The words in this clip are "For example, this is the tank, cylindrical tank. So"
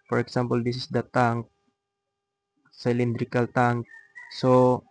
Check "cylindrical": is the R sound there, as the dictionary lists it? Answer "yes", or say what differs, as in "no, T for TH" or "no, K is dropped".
yes